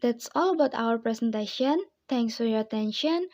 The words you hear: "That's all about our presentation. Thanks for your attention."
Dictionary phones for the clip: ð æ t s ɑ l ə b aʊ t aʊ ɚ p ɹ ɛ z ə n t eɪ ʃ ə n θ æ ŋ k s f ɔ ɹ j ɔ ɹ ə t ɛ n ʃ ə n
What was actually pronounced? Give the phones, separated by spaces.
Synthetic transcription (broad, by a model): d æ t s ɑ l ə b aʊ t aʊ ɚ p ɹ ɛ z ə n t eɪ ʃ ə n t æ ŋ k s f ɔ ɹ j ɔ ɹ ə t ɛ n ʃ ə n